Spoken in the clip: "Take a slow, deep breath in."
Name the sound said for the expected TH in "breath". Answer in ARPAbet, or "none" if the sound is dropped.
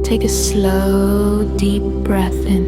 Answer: TH